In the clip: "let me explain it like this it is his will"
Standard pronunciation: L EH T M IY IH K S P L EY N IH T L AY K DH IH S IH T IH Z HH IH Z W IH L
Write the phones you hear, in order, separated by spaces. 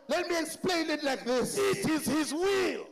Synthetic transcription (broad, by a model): L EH T M IY IH K S P L EY N IH T L AY K DH IH S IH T IH Z HH IH Z W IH L